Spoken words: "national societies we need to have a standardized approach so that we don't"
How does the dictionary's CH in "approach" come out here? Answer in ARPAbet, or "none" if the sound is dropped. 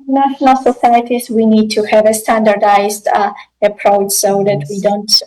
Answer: CH